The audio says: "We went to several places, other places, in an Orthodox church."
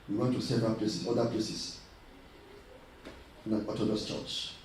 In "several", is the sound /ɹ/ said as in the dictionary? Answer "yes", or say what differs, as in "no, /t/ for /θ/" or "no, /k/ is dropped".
no, /ɹ/ is dropped